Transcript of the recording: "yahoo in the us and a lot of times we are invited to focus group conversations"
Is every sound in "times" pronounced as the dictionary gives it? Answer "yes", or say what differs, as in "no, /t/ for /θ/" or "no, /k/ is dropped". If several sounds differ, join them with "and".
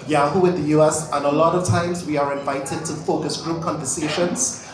yes